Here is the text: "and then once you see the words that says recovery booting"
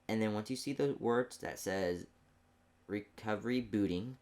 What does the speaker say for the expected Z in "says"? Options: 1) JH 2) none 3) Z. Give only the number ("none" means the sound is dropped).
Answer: 3